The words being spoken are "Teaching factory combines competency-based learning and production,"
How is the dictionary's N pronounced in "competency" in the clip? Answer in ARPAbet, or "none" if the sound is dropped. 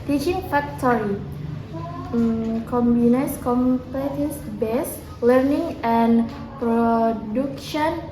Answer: none